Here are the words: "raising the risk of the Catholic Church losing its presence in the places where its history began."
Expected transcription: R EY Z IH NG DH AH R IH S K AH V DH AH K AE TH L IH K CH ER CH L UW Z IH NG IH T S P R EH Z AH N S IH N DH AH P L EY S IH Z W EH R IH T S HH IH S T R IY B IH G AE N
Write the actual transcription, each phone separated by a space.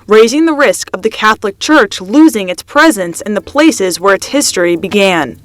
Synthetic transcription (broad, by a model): R EY Z IH NG DH AH R IH S K AH V DH AH K AE TH L IH K CH ER CH L UW Z IH NG IH T S P R EH Z AH N S IH N DH AH P L EY S IH Z W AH R IH T S HH IH S T R IY B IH G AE N